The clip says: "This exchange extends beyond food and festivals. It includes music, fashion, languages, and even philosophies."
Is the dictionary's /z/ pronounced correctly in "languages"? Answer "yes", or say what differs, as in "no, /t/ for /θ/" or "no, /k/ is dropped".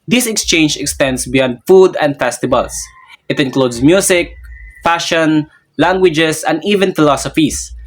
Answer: no, /s/ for /z/